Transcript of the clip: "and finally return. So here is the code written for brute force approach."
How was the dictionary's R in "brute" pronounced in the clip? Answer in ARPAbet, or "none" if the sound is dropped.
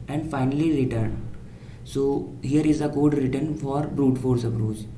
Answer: R